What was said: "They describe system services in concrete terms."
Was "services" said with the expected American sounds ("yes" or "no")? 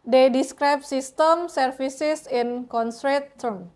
no